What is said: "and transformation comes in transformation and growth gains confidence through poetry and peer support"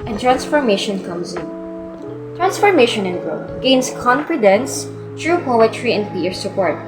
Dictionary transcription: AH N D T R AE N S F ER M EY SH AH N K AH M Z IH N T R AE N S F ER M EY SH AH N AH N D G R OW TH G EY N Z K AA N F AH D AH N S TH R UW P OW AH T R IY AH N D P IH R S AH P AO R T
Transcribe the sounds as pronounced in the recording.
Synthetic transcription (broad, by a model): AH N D T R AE N S F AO M EY SH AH N K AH M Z IH N T R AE N S F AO M EY SH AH N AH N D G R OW T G EY N S K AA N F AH D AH N S T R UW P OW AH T R IY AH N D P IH R S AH P AO R T